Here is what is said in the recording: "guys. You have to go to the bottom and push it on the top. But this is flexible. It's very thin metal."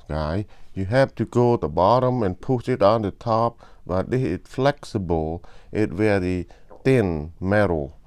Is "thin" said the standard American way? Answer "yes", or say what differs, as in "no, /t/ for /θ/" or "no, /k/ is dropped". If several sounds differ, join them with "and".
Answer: no, /t/ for /θ/